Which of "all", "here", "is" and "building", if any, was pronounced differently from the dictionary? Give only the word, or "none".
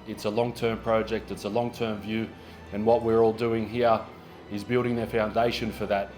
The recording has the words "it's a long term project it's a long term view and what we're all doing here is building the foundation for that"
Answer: none